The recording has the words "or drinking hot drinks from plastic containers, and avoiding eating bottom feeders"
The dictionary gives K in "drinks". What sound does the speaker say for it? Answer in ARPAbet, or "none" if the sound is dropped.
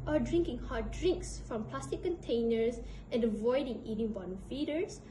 K